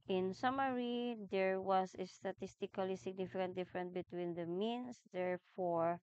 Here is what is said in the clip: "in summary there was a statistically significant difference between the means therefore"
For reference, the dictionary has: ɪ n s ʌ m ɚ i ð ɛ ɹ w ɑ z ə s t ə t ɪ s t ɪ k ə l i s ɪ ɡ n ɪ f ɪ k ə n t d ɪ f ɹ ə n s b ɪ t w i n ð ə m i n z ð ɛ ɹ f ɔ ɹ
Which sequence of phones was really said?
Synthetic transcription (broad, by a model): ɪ n s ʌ m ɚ i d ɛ ɹ w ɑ s ə s t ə t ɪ s t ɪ k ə l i s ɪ ɡ n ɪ f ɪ k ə n t d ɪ f ɹ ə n b ɪ t w i n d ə m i n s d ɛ ɹ f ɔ ɹ